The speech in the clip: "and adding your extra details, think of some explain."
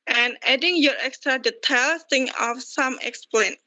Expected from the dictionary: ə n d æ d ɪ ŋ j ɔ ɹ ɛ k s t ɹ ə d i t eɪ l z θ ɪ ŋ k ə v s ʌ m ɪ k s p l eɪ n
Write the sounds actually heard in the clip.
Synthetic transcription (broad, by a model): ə n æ d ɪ ŋ j ɔ ɹ ɛ k s t ɹ ə d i t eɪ l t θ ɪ ŋ ə f s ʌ m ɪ k s p l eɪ n